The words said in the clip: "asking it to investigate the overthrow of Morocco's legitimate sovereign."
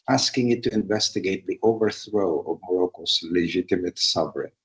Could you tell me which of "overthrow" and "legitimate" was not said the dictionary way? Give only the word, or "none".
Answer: none